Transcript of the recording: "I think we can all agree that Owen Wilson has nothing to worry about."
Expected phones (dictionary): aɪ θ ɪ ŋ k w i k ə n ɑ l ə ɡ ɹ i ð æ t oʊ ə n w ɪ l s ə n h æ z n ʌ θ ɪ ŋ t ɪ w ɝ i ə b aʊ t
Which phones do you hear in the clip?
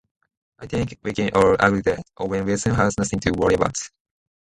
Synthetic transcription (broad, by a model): aɪ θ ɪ ŋ k w i k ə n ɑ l ə ɡ ɹ i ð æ t oʊ ə n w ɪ s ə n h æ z n ʌ θ ɪ ŋ t ɪ w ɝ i ə b aʊ t